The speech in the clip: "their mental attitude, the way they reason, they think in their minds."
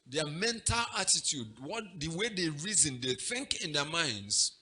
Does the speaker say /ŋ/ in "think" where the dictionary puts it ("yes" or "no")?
yes